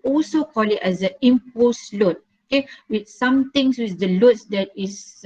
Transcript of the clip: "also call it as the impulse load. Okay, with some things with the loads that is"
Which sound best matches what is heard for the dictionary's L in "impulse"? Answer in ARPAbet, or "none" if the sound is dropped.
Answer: none